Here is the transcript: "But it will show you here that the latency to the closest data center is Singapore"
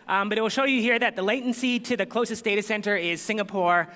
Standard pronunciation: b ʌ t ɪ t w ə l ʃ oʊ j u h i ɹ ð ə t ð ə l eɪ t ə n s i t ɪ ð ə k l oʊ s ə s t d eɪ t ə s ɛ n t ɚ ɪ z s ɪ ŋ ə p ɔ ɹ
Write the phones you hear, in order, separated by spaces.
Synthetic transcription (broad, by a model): b ʌ t ɪ t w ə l ʃ oʊ j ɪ h i ɹ ð ə t ð ə l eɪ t n s i t ɪ ð ə k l oʊ s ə s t d eɪ t ə s ɛ n t ɚ ɪ z s ɪ ŋ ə p ɔ ɹ